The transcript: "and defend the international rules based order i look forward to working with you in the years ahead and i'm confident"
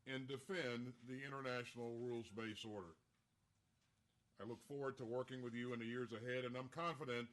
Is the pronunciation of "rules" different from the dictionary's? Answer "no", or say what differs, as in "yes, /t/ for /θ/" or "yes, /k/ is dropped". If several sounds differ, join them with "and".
no